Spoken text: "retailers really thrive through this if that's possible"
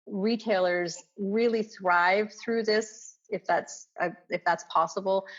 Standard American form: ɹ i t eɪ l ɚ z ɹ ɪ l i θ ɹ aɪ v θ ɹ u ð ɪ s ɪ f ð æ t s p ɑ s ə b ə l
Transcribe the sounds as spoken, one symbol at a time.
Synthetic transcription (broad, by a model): ɹ i t eɪ l ɚ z ɹ ɪ l i θ ɹ aɪ v θ ɹ u ð ɪ s ɪ f ð æ t s p ɑ s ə b l